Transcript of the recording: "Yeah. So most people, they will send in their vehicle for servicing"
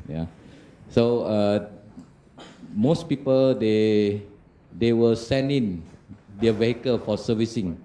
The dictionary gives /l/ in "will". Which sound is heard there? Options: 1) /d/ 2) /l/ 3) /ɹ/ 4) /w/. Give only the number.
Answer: 4